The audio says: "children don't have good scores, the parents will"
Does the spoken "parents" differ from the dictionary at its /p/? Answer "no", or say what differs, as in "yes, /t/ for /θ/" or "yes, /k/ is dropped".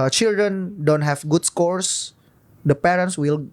no